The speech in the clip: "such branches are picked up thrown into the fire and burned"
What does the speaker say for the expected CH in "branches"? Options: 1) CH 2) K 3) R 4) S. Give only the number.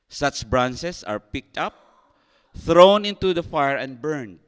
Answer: 4